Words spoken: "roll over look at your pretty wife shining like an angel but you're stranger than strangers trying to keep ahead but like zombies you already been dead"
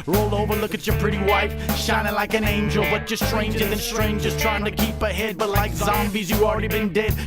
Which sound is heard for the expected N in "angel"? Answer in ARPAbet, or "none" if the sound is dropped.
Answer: N